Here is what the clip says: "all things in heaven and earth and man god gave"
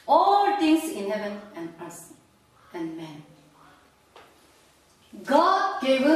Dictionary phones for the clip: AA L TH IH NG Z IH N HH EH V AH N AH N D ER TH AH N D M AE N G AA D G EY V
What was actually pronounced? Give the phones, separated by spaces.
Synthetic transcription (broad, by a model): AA L T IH NG S IH N HH EH V AH N AH N D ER S AH N D M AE N G AA D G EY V